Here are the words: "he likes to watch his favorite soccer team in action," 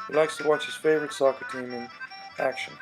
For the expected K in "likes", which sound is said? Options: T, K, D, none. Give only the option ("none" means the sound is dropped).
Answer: K